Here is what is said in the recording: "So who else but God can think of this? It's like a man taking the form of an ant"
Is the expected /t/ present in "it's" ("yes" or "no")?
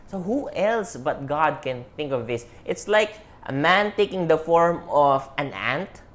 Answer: yes